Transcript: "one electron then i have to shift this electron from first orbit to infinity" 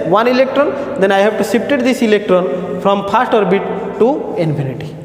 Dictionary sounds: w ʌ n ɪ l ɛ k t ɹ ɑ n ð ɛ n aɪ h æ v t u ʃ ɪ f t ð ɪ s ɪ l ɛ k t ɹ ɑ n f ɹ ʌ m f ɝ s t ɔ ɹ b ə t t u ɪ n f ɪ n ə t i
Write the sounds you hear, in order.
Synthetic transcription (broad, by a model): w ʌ n ɪ l ɛ k t ɹ ɑ n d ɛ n aɪ h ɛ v t u s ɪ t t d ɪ s ɪ l ɛ k t ɹ ɑ n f ɹ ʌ m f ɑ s t ɔ ɹ b ə t t u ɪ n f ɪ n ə t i